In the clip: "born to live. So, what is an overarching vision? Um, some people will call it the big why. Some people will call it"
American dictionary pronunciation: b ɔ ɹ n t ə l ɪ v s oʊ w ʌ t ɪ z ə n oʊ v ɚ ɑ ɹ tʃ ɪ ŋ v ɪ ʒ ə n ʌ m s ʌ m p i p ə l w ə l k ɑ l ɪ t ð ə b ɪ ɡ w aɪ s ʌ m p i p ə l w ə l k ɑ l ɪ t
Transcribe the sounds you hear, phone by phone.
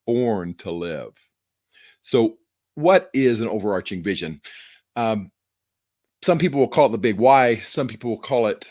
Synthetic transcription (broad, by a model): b ɔ ɹ n t ə l ɪ v s oʊ w ʌ t ɪ z ə n oʊ v ɚ ɑ ɹ tʃ ɪ ŋ v ɪ ʒ ə n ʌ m s ʌ m p i p l w ə l k ɑ l t ð ə b ɪ ɡ w aɪ s ʌ m p i p l w ə l k ɑ l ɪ t